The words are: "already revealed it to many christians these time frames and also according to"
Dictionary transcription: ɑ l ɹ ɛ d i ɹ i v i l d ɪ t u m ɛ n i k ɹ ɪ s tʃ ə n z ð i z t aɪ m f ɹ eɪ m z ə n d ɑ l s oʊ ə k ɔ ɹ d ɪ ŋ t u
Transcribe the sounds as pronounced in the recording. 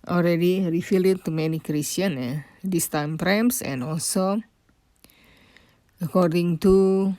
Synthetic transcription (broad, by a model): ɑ l ɹ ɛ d i ɹ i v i l ɪ t u m ɛ n i k ɹ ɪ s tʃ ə n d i s t aɪ m p ɹ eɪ m s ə n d ɑ l s oʊ ə k ɔ ɹ d ɪ ŋ t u